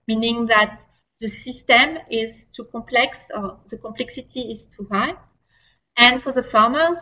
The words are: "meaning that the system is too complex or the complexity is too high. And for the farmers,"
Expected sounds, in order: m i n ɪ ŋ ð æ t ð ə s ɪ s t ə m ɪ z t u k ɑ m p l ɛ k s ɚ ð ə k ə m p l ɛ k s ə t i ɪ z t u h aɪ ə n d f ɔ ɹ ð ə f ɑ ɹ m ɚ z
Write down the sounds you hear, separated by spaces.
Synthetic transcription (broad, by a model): m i n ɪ ŋ ð æ t ð ə s ɪ s t ə m ɪ z t u k ɑ m p l ɛ k s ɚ ð ə k ə m p l ɛ k s ə t i ɪ z t u h aɪ ə n d f ɔ ɹ ð ə f ɑ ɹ m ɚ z